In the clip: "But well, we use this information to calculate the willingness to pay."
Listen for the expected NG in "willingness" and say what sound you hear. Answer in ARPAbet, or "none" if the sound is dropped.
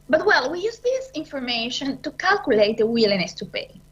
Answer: none